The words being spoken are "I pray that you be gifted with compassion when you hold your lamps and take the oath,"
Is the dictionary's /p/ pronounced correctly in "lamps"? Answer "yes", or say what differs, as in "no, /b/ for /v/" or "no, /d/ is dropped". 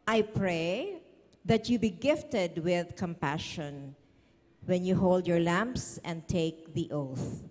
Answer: yes